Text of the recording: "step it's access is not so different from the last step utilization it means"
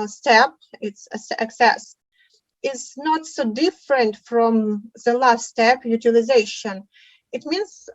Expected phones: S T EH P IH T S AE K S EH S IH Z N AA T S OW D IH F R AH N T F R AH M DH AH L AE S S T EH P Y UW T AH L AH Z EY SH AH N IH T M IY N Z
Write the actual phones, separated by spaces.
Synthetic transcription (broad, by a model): S T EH P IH T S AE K S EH S IH Z N AA T S OW D IH F R AH N T F R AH M DH AH L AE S S T EH P Y UW T AH L AH Z EY SH AH N IH T M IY N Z